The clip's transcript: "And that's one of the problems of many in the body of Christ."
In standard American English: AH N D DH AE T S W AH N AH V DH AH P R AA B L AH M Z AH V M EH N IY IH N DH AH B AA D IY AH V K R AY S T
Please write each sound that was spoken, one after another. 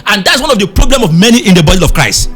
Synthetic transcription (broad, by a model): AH N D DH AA T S W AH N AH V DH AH P R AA B L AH M AH V M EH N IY IH N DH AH B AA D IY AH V K R AY S T